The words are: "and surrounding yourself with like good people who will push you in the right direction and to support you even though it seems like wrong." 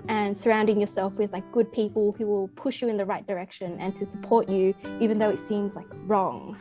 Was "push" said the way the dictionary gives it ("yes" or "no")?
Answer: yes